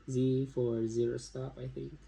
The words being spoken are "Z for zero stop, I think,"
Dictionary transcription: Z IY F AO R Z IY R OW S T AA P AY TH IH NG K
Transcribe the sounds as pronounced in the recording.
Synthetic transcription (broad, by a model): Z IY F AO R Z IY R OW S T AA P AY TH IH NG K